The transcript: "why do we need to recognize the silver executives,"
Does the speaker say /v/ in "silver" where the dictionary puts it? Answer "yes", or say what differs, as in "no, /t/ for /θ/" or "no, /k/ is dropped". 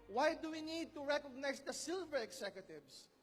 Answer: yes